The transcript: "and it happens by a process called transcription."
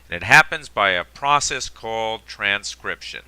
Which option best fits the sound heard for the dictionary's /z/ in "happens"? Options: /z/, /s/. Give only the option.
/z/